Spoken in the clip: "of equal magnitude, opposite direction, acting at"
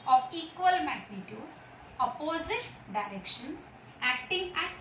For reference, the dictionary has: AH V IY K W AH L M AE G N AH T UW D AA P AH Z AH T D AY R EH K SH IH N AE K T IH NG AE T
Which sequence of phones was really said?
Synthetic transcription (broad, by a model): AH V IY K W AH L M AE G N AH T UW AA P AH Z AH T D AY R EH K SH IH N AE K T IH NG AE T